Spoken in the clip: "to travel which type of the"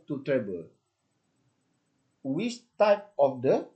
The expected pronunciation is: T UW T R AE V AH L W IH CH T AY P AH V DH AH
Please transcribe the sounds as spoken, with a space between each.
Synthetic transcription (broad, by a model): T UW T R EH B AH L W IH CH T AY P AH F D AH